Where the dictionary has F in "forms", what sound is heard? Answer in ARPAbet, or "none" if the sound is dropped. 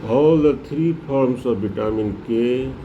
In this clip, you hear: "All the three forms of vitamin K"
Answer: P